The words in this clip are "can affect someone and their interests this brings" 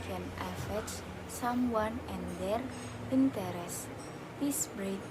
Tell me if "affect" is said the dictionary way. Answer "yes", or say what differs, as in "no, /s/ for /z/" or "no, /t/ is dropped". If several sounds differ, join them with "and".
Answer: no, /k/ is dropped